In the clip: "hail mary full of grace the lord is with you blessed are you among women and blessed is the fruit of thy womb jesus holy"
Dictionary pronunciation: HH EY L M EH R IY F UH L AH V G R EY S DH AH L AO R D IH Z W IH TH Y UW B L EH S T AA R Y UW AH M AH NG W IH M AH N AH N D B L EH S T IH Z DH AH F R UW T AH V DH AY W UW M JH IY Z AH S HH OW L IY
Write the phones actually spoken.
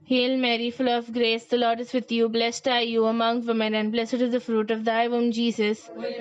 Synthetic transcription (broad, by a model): HH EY L M EH R IY F UH L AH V G R EY S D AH L AO R D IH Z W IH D Y UW B L EH S T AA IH Y UW AH M AH NG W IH M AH N AH N D B L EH S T IH Z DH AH F R UW T AH V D AY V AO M JH IY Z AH S